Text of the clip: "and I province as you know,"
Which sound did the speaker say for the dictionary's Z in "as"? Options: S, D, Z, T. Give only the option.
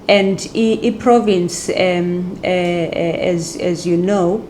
Z